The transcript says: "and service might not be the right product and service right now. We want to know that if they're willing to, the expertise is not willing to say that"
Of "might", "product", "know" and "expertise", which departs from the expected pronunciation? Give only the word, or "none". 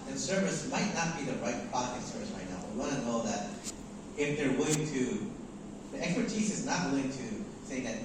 product